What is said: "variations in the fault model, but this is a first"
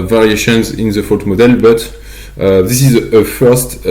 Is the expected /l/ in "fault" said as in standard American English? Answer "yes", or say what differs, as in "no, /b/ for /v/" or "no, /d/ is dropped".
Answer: no, /l/ is dropped